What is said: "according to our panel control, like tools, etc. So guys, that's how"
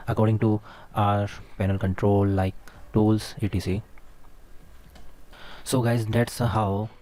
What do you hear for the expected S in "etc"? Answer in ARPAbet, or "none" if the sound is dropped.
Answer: none